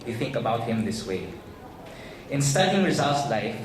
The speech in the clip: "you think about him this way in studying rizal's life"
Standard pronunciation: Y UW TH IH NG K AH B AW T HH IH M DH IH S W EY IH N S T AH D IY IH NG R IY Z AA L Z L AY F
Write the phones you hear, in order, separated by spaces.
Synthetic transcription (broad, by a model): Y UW TH IH NG K AH B AW T HH IH M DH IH S W EY IH N S T AH D IY IH NG R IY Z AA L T L AY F